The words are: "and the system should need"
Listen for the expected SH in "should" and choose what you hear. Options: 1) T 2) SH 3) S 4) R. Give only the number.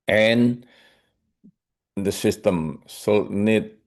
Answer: 3